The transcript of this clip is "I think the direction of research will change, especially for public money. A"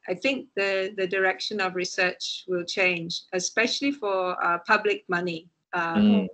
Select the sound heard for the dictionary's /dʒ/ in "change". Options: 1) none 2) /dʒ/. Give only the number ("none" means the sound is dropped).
2